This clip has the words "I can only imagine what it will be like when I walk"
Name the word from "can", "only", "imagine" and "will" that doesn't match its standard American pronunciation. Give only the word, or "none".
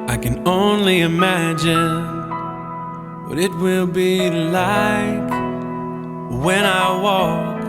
none